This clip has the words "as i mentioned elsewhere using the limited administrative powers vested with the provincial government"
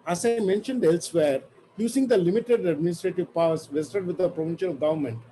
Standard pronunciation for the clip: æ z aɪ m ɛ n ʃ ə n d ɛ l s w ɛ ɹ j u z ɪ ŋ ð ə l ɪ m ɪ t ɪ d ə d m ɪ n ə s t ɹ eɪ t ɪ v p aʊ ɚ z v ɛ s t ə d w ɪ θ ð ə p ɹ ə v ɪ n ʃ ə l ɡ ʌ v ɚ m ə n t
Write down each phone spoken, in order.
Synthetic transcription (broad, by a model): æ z aɪ m ɛ n ʃ ə n d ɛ l s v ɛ ɹ j u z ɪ ŋ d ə l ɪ m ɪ t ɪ d ə d m ɪ n ə s t ɹ eɪ t ɪ v p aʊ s v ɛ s t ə d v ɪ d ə p ɹ ə v ɪ n ʃ ə l ɡ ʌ v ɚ m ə n t